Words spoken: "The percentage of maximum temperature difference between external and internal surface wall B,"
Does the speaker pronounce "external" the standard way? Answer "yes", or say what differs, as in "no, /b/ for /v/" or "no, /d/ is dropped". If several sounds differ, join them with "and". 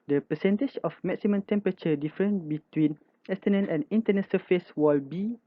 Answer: no, /n/ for /l/